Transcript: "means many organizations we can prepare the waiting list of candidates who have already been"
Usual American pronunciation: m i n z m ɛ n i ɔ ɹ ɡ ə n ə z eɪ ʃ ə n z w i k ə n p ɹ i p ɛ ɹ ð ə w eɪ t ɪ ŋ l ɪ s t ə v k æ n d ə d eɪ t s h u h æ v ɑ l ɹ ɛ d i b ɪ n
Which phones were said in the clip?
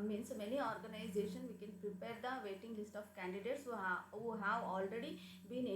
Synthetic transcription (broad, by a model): m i n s m ɛ n i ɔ ɹ ɡ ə n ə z eɪ ʃ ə n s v i k ə n p ɹ i p ɛ ɹ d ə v eɪ t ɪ ŋ l ɪ s t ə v k æ n d ə d eɪ t s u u h æ v ɑ l ɹ ɛ d i b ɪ n